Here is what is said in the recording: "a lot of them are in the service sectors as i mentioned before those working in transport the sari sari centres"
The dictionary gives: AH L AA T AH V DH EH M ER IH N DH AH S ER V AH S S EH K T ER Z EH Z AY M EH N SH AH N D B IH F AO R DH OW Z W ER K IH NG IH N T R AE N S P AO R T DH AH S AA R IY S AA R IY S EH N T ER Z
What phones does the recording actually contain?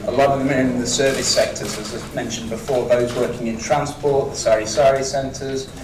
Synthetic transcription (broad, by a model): AH L AA T AH V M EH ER IH N DH AH S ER V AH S S EH K T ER Z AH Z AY M EH N SH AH N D B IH F AO DH OW Z W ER K IH NG IH N T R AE N S P AO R T DH AH S AA R IY S AA R IY S EH N T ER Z